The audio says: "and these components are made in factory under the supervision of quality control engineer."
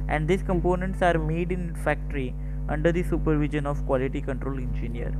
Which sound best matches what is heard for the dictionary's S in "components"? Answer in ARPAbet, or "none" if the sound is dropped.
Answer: S